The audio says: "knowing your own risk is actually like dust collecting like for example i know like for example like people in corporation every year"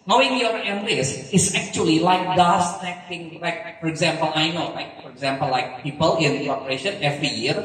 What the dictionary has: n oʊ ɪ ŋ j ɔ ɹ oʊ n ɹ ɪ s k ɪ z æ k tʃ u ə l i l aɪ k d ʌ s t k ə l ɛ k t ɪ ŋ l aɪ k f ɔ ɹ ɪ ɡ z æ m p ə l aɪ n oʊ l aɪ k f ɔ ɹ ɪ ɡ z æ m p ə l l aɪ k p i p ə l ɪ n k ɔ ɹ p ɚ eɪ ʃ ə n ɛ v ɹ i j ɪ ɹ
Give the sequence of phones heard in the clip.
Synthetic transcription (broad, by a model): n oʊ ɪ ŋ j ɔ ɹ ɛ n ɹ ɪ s ɪ s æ k tʃ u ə l i l aɪ k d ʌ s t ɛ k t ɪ ŋ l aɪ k f ɔ ɹ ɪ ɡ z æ m p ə l aɪ n oʊ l aɪ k f ɔ ɹ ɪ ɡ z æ m p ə l l aɪ k p i p ə l ɪ n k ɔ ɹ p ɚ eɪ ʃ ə n ɛ v ɹ i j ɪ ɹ